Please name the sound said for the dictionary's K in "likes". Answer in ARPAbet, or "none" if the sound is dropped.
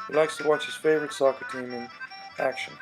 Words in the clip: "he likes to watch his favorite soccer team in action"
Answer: K